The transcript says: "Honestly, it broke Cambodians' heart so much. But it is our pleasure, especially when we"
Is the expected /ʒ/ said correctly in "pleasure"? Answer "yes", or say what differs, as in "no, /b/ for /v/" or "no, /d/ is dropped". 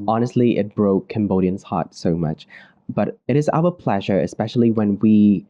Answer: yes